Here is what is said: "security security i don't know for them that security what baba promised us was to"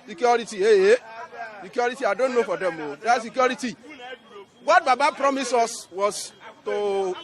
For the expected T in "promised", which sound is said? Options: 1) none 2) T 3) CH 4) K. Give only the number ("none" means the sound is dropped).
1